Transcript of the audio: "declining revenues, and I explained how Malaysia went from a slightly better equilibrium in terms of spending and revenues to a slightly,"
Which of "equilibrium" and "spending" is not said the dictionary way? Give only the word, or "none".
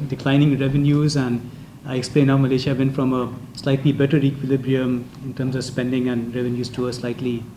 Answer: none